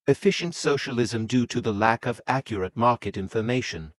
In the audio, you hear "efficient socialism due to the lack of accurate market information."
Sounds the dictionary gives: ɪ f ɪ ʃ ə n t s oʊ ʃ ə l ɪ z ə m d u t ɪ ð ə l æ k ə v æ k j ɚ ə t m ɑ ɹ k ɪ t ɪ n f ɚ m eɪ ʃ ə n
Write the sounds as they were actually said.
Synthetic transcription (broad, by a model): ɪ f ɪ ʃ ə n t s oʊ ʃ ə l ɪ z ə m d u t ɪ ð ə l æ k ə v æ k j ɚ ə t m ɑ ɹ k ɪ t ɪ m f ɚ m eɪ ʃ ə n